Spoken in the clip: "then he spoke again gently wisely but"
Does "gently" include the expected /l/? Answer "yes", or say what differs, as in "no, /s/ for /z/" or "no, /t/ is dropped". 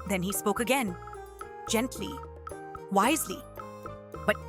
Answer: yes